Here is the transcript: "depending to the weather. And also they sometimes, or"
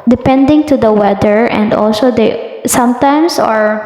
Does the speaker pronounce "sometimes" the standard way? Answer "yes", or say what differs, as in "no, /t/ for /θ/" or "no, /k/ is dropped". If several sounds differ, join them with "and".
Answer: no, /s/ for /z/